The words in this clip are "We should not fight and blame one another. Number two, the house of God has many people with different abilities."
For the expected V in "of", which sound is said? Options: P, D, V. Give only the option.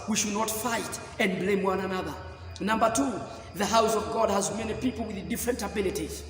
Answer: V